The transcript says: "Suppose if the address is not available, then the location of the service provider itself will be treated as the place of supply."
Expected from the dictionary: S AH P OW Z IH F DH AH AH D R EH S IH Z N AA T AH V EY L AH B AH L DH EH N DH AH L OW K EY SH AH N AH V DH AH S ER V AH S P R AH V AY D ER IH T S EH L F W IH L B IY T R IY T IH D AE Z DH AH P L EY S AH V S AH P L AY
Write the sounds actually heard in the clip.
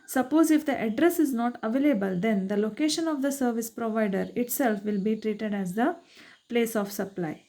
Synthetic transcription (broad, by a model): S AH P OW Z IH F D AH AH D R EH S IH Z N AA T AH V EY L AH B AH L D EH N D AH L OW K EY SH AH N AH V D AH S ER V AH S P R AH V AY D ER IH T S EH L F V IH L B IY T R IY T IH D AE Z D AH P L EY S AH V S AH P L AY